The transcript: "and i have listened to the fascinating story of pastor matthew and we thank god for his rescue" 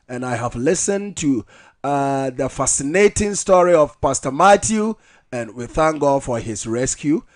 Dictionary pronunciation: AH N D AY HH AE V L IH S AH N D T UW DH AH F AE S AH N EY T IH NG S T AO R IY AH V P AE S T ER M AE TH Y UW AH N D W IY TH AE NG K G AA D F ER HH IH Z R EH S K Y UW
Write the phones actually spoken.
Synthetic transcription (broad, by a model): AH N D AY HH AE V L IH S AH N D T UW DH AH F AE S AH N EY T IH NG S T AO R IY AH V P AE S T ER M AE T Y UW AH N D W IY TH AE NG K G AA D F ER HH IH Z R EH S K Y UW